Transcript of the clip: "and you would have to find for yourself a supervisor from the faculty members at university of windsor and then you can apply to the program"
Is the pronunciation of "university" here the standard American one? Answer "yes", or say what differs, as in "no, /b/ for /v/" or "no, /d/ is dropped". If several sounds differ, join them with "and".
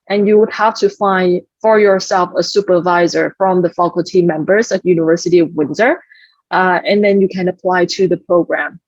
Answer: yes